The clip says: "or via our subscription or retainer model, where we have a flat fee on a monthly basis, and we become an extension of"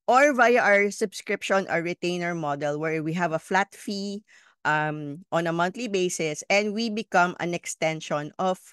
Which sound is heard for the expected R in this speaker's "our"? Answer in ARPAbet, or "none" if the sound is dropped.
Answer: R